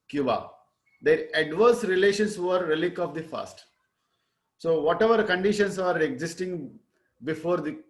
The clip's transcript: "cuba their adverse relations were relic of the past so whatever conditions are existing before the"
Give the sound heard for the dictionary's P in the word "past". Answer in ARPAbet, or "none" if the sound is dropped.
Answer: F